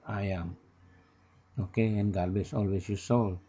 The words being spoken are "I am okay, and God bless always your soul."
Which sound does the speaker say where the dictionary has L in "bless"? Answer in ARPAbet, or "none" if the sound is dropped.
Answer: none